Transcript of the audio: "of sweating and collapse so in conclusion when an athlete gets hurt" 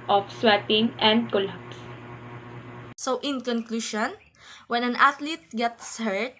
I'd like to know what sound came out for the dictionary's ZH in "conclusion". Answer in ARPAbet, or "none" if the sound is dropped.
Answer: SH